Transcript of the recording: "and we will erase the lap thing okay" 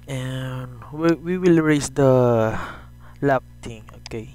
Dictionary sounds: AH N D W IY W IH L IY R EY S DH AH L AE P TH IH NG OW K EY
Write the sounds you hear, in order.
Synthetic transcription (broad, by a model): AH N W W IY W IH L R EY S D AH L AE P T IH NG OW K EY